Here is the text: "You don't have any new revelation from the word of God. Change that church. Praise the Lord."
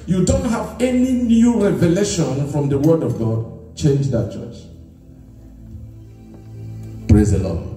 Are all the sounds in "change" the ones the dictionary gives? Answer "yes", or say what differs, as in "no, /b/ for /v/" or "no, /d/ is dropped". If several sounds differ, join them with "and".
yes